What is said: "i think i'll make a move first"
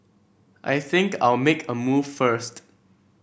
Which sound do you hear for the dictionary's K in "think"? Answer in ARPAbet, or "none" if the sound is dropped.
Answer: K